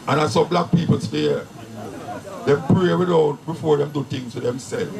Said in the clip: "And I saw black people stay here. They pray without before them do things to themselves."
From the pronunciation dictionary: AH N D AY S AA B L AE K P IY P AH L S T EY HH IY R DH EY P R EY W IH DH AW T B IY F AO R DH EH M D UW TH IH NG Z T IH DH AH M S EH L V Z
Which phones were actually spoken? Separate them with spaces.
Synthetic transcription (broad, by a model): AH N AY S AA B L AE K P IY P AH L S T EY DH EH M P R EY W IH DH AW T B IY F AO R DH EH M D UW T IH NG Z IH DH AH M S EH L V